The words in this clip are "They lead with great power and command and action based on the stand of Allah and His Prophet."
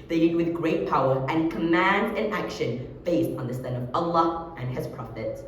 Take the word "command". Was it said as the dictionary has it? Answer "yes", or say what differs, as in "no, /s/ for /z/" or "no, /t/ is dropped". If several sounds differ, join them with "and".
yes